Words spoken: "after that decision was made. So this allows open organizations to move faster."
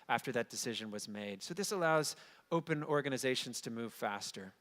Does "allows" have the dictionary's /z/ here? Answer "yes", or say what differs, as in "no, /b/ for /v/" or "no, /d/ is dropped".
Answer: yes